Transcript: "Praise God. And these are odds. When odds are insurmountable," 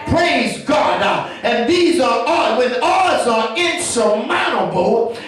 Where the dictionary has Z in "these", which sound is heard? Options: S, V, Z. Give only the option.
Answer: Z